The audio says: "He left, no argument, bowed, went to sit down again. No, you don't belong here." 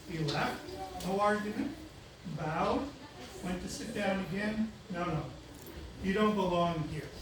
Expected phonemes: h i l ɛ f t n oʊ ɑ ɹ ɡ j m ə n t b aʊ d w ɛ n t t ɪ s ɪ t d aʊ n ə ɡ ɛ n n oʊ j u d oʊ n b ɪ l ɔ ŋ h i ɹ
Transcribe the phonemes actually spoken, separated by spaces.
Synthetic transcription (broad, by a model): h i l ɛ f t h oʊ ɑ ɹ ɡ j ə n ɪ b aʊ d w ɛ n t t ɪ s ɪ t d aʊ n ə ɡ ɛ n n oʊ j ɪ d oʊ n b ɪ l ɔ ŋ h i ɹ